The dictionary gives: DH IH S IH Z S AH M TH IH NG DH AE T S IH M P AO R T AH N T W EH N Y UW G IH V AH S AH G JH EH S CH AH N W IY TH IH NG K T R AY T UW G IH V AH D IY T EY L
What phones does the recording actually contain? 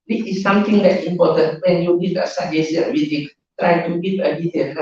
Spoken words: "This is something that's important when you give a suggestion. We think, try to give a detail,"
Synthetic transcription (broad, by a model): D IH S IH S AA M T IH NG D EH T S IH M P AO T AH N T W EH N Y UW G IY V AH S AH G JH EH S AH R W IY T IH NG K T R AY T UW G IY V AH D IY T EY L